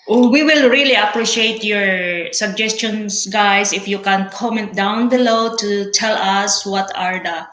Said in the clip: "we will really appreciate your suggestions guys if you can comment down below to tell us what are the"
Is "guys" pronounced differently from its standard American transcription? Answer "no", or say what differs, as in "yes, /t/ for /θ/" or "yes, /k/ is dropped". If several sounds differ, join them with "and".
yes, /s/ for /z/